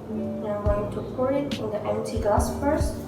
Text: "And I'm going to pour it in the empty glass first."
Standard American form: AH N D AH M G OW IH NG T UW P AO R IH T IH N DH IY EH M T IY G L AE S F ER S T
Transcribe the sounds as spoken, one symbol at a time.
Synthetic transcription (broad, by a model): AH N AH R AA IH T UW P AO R IH T IH N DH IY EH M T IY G AA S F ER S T